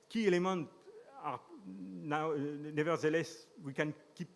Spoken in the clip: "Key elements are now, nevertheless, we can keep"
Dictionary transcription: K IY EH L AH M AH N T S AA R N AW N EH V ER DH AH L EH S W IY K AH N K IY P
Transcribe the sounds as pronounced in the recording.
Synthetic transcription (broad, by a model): K IY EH L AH M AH N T AA R N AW N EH V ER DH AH L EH S W IY K AH N K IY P